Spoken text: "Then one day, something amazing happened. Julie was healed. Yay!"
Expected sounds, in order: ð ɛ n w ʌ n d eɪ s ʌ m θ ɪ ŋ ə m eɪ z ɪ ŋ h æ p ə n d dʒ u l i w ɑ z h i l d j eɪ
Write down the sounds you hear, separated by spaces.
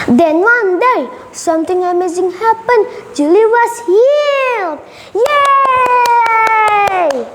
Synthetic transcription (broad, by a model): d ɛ n w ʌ n d eɪ s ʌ m t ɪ ŋ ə m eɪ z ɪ ŋ h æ p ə n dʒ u l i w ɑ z h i l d j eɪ